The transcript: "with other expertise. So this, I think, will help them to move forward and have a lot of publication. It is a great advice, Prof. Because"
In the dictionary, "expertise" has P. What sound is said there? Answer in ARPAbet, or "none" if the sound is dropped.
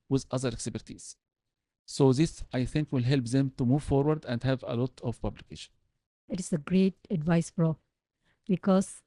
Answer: B